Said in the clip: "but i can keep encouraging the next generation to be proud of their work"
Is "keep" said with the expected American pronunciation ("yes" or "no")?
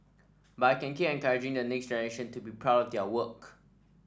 no